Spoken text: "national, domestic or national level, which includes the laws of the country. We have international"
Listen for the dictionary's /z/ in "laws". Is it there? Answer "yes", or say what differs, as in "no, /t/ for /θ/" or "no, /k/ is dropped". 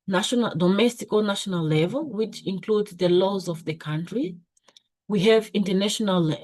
yes